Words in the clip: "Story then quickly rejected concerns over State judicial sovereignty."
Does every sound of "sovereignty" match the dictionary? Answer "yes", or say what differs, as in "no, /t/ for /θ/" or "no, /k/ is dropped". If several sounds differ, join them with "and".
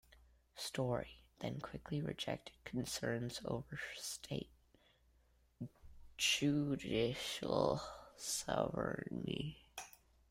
no, /ɹ/ is dropped